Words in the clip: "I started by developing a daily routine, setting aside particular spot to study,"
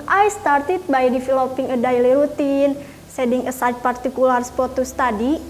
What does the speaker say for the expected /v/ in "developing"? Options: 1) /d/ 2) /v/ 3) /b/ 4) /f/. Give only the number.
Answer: 4